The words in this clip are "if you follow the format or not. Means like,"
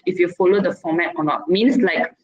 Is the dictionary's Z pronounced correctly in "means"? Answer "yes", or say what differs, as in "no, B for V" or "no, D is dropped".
no, S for Z